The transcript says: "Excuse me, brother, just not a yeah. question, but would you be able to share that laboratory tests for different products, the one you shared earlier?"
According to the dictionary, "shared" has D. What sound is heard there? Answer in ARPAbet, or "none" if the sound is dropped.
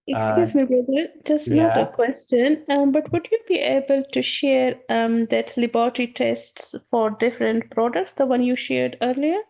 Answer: D